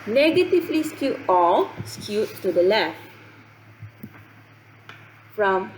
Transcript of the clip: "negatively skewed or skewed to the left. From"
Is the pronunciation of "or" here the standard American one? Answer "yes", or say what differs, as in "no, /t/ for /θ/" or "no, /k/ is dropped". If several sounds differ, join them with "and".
no, /l/ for /ɹ/